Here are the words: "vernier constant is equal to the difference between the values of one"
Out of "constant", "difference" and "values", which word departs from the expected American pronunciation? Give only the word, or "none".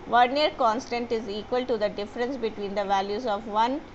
none